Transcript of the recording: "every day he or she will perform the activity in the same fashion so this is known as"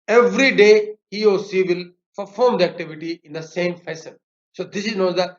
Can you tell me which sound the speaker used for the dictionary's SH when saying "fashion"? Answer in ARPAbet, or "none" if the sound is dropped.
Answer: S